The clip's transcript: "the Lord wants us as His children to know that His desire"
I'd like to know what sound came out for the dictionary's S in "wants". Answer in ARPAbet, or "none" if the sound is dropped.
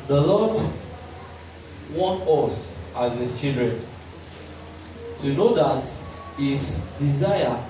none